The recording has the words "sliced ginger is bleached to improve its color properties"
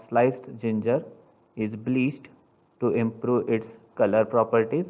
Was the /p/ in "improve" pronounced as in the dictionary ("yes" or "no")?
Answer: yes